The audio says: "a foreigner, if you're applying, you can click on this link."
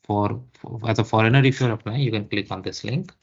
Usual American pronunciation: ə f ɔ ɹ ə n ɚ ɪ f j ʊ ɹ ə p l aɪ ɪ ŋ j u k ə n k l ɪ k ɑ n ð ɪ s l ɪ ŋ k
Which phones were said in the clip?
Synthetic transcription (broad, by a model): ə f ɔ ɹ ə n ɚ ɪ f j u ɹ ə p n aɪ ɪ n j u k ə n k l ɪ k ɑ n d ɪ s l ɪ ŋ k